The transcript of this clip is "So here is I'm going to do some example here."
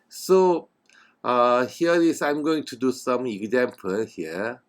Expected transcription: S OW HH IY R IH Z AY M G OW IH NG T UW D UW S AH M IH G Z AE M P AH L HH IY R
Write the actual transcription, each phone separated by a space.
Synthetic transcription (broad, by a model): S OW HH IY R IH S AY M G OW IH NG T UW D UW S AH M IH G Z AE M P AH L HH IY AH